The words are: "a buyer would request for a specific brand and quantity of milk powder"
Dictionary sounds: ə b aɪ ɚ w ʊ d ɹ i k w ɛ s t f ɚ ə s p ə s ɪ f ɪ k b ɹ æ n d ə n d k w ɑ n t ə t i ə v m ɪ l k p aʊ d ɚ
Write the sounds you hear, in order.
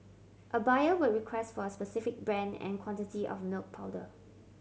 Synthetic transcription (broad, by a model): ə b aɪ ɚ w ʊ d ɹ i k w ɛ s t f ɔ ə s p ə s ɪ f ɪ k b ɹ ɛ n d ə n k w ɑ n t ə t i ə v m ɪ l k p aʊ d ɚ